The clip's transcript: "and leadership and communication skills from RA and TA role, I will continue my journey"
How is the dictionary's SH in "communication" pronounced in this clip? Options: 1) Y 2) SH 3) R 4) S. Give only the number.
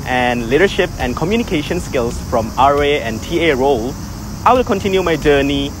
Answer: 2